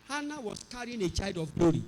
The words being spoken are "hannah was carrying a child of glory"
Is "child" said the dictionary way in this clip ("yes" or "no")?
no